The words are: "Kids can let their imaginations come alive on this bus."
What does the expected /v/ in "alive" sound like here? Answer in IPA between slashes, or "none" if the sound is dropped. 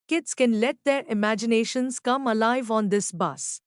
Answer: /v/